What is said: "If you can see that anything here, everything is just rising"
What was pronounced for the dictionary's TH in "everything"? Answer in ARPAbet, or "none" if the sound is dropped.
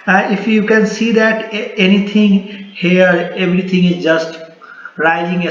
T